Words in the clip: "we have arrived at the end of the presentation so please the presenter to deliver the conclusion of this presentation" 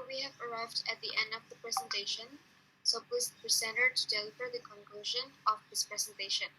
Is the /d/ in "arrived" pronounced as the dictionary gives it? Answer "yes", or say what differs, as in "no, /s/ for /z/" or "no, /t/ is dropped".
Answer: yes